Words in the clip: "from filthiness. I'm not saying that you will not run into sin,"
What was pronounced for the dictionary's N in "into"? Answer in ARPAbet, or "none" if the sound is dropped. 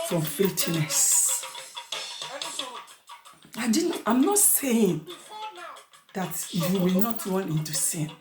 N